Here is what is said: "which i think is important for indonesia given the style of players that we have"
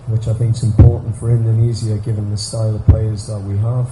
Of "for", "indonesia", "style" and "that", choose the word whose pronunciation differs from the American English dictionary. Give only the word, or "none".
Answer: indonesia